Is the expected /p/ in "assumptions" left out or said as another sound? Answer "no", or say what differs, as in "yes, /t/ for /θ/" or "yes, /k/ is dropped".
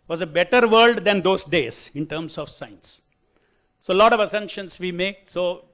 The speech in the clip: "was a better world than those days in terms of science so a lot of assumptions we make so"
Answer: yes, /p/ is dropped